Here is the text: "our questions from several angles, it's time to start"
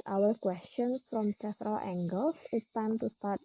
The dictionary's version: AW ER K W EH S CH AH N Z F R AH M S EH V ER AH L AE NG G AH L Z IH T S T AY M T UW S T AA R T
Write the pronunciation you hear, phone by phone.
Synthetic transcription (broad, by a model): AW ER K W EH S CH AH N S F R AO M S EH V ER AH L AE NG G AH L S IH T S T AY M T UW S T AA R T